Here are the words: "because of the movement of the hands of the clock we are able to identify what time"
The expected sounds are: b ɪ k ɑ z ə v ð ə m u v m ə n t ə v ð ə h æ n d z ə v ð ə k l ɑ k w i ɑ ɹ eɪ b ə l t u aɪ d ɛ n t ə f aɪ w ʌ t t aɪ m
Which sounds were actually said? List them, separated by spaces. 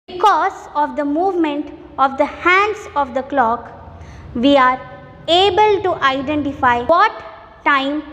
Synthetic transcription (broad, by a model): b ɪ k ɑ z ə v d ə m u v m ə n t ə v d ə h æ n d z ə v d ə k l ɑ k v i ɑ ɹ eɪ b ə l t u aɪ d ɛ n t ə f aɪ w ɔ t t aɪ m